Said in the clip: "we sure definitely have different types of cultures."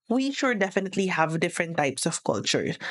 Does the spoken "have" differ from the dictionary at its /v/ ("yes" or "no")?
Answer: no